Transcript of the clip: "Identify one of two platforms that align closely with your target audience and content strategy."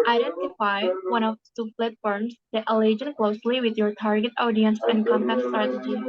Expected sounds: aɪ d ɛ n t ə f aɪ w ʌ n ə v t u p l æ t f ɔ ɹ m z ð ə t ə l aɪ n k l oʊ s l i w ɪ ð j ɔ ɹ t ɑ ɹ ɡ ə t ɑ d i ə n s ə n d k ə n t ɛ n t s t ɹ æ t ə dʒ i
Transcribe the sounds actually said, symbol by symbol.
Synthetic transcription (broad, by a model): aɪ d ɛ n t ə f aɪ w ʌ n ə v s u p l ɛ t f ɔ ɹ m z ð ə t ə l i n k l oʊ s l i w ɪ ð j ɔ ɹ t ɑ ɹ ɡ ə t ɑ d i ə n s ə n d k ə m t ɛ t s t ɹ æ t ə dʒ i